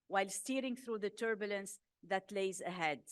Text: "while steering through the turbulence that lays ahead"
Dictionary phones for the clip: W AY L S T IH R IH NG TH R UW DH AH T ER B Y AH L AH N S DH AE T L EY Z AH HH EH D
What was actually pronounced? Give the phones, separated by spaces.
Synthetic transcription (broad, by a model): W AY L S T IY R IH NG TH R UW DH AH T ER B Y AH L AH N S DH AE T L EY Z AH HH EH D